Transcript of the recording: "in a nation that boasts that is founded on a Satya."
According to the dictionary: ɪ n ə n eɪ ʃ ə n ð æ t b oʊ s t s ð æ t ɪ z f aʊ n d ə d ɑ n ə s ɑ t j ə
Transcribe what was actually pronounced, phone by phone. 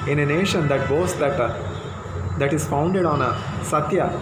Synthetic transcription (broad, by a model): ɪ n ə n eɪ ʃ ə n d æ t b oʊ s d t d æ t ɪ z f aʊ n d ə d ɑ n ə s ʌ t j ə